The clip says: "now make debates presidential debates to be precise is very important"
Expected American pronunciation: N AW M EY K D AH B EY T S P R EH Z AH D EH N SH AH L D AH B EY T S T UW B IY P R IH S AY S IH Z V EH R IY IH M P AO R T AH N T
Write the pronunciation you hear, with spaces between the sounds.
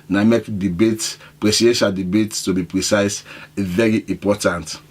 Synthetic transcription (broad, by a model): N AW M EY K D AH B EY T P R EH S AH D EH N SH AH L D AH B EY T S T UW B IY P R IH S AY S V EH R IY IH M P AO T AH N T